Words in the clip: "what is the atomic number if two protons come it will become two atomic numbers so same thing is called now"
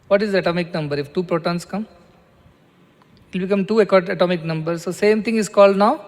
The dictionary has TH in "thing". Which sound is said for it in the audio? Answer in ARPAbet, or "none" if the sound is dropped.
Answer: T